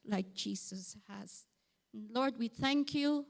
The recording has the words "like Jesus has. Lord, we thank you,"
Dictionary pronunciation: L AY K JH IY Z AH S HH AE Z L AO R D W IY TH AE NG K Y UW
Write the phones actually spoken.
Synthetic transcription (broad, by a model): L AY K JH IY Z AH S HH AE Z L AO R D W IY TH AE NG K Y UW